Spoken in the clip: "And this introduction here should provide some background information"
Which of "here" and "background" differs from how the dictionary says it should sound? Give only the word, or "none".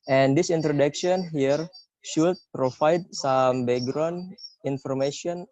background